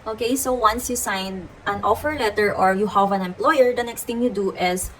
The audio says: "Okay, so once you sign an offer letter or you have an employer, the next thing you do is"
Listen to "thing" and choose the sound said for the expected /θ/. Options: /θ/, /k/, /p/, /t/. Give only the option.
/t/